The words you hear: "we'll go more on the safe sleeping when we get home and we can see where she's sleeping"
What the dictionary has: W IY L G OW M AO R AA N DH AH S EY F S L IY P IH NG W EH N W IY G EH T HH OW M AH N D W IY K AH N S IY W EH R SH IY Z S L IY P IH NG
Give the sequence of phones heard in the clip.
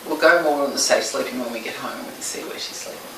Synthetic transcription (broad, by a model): W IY L G OW M AO R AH N DH AH S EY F S L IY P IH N W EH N W IY G EH T HH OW AH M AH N S IY W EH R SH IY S L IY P